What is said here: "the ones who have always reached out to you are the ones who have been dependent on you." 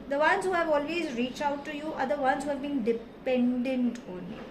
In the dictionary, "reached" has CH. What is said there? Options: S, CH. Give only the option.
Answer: CH